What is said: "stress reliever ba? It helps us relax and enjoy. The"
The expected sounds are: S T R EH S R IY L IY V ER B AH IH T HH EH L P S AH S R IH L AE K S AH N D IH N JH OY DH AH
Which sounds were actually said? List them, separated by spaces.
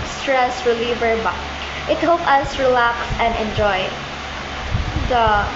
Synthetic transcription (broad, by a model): S T R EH S R IY L IY V ER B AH IH T HH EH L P AH S R IH L AE K S AH N D IH N JH OY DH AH